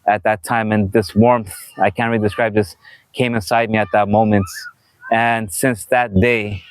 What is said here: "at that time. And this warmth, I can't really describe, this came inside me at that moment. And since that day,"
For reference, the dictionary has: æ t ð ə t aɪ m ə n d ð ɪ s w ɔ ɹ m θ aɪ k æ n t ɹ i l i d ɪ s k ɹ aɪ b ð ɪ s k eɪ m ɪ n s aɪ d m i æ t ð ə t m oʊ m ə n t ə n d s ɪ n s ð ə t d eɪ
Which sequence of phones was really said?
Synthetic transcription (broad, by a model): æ t ð ə t aɪ m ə n ð ɪ s w ɔ ɹ m θ aɪ k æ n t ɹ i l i d ɪ s k ɹ aɪ b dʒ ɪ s k eɪ m ɪ n s aɪ d m i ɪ t ð ə t m oʊ m ə n t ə n s ɪ n s ð ə t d eɪ